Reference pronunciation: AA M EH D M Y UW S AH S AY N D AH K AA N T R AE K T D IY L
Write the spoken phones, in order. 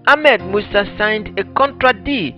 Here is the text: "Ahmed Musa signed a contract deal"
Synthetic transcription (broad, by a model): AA M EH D M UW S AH S AY N D AH K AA N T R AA T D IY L